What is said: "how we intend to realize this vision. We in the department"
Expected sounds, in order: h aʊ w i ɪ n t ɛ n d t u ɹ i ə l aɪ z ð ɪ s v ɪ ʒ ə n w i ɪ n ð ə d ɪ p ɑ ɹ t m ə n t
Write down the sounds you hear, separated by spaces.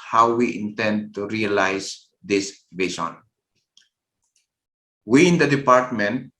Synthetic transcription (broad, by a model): h aʊ w i ɪ n t ɛ n d t u ɹ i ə l aɪ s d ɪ s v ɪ s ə n w i ɪ n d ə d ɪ p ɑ ɹ t m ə n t